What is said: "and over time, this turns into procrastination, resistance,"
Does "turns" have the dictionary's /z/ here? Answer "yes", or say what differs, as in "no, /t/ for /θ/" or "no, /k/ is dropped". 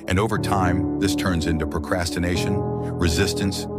yes